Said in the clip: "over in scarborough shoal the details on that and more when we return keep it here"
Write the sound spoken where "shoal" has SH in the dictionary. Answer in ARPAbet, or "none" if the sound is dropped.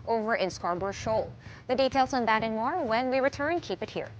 SH